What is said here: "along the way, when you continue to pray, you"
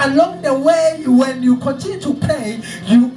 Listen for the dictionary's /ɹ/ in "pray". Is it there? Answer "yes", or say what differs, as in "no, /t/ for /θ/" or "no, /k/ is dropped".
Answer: no, /l/ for /ɹ/